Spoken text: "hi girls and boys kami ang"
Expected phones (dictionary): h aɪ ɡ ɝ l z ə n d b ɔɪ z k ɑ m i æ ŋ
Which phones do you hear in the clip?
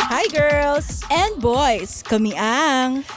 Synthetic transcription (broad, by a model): h aɪ ɡ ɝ l s ə n d b ɔɪ s k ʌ m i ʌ ŋ